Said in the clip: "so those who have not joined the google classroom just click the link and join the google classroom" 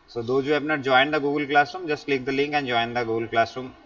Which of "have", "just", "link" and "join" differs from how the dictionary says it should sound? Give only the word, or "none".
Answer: have